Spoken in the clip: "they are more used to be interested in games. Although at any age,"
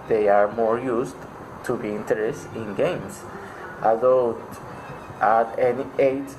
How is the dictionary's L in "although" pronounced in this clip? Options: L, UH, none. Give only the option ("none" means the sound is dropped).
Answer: none